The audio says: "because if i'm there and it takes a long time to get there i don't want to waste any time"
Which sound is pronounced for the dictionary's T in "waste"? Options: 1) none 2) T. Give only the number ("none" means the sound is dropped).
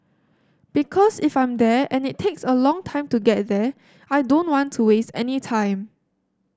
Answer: 2